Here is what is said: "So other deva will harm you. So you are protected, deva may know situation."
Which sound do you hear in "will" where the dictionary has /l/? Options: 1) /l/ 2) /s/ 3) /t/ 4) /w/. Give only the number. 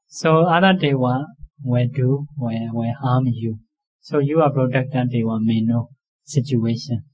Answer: 4